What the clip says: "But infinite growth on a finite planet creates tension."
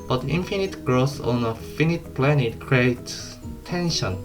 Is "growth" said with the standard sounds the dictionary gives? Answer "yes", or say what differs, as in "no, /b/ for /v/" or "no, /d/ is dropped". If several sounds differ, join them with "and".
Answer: no, /s/ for /θ/